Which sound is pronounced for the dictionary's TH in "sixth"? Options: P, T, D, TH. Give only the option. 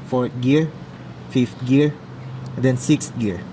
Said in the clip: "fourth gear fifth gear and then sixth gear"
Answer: T